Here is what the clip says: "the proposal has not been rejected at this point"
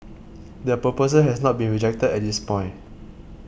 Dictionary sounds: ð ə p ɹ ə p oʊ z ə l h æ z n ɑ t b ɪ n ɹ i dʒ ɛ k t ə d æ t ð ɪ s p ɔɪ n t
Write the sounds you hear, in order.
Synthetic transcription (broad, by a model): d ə p ə p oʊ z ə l h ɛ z n ɑ t b ɪ n ɹ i dʒ ɛ k t ə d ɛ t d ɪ s p ɔɪ n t